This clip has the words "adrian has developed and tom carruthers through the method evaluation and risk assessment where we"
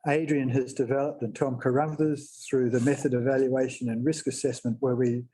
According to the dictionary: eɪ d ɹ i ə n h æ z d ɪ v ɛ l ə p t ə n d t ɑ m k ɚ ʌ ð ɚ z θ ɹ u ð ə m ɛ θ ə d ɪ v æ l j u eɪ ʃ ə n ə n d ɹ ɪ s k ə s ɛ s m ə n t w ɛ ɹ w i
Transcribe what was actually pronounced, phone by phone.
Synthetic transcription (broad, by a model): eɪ d ɹ i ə n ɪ z d ɪ v ɛ l ə p t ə n t ɑ m k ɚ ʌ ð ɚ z θ ɹ u ð ə m ɛ θ ə d ɪ v æ l j u eɪ ʃ ə n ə n ɹ ɪ s k ə s ɛ s m ə n t w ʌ ɹ w i